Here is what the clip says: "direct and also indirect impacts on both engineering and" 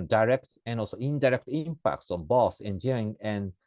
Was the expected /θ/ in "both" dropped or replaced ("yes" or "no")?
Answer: yes